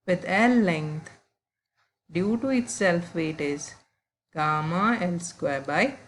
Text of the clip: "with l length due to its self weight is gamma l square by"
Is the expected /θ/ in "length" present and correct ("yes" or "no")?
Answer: no